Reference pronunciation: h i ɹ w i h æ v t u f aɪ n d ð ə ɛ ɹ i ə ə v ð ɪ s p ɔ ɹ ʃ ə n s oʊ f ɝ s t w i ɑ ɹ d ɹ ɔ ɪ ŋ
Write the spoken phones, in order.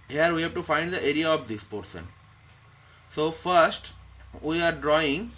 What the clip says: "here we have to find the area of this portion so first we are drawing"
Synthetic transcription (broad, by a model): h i ɹ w i h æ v t u f aɪ n d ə ɛ ɹ i ə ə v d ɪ s p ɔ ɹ s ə n s oʊ f ɝ s t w i ɑ ɹ d ɹ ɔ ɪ ŋ